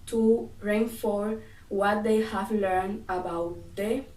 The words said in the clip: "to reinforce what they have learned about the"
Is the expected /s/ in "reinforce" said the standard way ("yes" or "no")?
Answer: no